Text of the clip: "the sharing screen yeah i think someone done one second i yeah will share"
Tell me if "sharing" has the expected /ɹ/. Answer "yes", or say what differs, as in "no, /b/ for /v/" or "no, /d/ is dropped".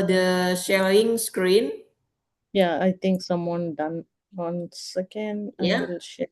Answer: no, /ɹ/ is dropped